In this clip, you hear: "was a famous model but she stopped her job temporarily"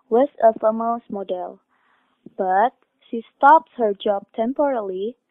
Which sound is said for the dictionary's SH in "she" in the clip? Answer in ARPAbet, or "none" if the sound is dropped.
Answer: SH